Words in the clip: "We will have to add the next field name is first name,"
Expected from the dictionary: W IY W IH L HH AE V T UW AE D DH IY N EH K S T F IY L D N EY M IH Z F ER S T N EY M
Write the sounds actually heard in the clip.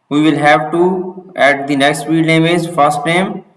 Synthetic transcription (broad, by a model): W IY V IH L HH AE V T UW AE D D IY N EH K S T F IY D N EY M IH Z F ER S T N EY M